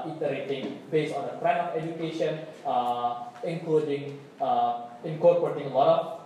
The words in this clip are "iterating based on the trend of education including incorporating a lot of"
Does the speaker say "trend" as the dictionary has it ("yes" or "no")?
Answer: no